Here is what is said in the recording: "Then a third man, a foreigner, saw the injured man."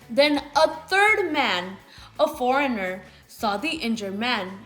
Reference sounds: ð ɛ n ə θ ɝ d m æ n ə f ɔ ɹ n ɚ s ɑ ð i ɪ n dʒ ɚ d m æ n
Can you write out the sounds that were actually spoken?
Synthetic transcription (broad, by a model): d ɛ n ə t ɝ d m æ n ə f ɔ ɹ n ɚ s ɑ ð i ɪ n dʒ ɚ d m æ n